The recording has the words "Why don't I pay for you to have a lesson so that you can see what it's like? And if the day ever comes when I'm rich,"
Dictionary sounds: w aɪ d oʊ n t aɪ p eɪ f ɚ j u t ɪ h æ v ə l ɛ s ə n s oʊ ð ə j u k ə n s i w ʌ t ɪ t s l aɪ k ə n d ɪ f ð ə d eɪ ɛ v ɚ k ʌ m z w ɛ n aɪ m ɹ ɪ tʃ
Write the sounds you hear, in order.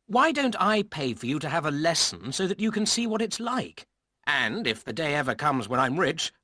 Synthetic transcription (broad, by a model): w aɪ d oʊ n t aɪ p eɪ f ɚ j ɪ t ɪ v ə l ɛ s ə n s oʊ ð ə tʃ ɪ k n s i w ʌ t ɪ t s l aɪ k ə n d ɪ f ð ə d eɪ ɛ v ɚ k ʌ m z w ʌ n aɪ m ɹ ɪ tʃ